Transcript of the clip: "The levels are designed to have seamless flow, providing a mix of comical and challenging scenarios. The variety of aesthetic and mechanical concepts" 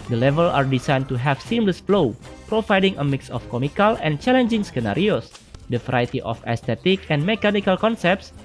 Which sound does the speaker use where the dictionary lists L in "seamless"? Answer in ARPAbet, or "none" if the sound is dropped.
L